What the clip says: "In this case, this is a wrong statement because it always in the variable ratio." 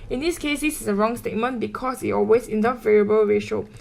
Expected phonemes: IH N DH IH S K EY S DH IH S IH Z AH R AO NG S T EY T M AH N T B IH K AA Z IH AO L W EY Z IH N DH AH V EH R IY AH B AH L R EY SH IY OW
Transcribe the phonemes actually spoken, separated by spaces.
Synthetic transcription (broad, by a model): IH N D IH S K EY S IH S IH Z AH R AO NG S T EY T M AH N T B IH K AA S IH AO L W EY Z IH N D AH V EH R IY AH B AH L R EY SH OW